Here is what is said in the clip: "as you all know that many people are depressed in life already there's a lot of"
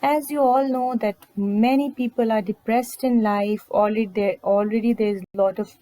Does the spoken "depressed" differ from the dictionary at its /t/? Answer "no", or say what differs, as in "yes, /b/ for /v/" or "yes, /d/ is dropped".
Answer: no